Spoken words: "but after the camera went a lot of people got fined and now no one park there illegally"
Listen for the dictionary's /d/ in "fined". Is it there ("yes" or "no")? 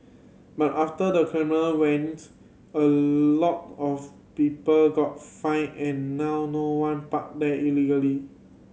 no